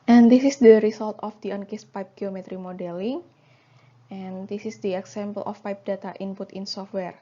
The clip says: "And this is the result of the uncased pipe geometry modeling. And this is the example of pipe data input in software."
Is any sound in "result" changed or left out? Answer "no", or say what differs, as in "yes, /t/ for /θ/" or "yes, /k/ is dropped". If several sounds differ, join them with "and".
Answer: yes, /s/ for /z/